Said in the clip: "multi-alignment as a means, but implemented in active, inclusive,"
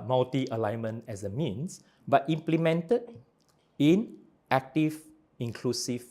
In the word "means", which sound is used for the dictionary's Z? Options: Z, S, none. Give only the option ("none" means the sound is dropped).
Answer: S